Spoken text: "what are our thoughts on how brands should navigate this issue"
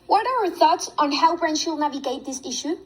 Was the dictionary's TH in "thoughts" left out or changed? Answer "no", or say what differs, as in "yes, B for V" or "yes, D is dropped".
no